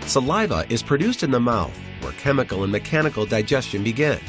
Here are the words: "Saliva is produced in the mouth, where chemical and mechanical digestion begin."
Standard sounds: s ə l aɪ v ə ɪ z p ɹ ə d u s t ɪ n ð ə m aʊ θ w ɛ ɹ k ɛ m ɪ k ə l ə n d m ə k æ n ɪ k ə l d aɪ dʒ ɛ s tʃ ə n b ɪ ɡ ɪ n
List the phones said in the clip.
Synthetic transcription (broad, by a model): s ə l aɪ v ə ɪ z p ɹ ə d u s t ɪ n ð ə m aʊ θ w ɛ ɹ k ɛ m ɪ k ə l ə n m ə k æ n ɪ k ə l d aɪ dʒ ɛ s tʃ ə n b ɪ ɡ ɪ n